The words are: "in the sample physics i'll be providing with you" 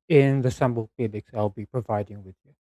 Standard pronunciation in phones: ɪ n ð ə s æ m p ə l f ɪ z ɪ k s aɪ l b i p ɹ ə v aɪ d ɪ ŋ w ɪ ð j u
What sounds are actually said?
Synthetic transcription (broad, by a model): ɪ n ð ə s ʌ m b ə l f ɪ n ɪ k s aɪ l b i p ɹ ə v aɪ d ɪ ŋ w ɪ ð j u